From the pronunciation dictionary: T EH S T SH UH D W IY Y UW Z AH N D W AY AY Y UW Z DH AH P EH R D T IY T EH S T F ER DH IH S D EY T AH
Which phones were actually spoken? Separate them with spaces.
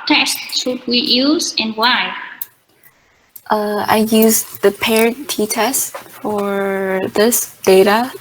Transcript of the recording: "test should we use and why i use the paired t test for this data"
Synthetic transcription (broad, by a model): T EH S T S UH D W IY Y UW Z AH N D W AY AY Y UW Z DH AH P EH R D T IY T EH S T F ER DH IH S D EY T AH